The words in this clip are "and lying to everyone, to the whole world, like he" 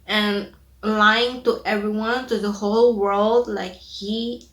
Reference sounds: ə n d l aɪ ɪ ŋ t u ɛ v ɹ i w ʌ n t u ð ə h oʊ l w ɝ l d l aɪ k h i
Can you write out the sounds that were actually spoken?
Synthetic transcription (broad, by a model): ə n l aɪ ɪ ŋ t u ɛ v ɹ i w ʌ n t u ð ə h oʊ l w ɝ l d l aɪ k h i